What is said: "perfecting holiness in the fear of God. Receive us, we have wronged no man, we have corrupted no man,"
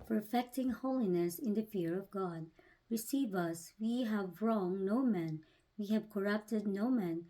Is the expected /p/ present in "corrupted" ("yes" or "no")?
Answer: yes